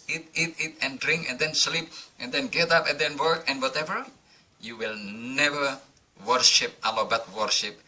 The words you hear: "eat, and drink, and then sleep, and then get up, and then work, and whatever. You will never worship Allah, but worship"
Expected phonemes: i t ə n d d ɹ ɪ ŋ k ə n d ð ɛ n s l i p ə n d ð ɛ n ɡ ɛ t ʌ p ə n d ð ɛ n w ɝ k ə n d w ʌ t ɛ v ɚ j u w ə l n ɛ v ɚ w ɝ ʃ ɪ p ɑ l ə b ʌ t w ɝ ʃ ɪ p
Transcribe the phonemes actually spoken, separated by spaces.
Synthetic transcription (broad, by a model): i t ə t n d ɹ ɪ ŋ k ə n d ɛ n s l i p ə n d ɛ n ɡ ɛ t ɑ p ə n d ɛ n w ɝ k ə n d w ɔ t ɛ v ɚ j u w ə l n ɛ v ɚ w ɝ ʃ ɪ p ɑ l ə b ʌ t w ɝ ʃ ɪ p